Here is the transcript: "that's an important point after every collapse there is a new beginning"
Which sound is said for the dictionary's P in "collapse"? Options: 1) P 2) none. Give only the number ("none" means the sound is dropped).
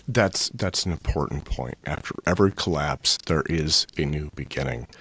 1